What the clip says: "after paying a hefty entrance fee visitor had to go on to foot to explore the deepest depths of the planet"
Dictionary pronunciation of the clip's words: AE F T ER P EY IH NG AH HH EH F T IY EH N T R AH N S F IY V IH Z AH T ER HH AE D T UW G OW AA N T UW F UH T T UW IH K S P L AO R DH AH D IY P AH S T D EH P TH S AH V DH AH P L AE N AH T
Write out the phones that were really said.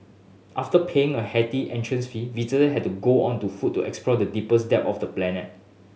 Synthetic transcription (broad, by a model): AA F T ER P EY IH NG AH HH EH T IY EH N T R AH N S F IY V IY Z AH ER HH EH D T UW G OW AA N T UW F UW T T UW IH K S P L AO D AH D IY P AH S D EH P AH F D AH P L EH N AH T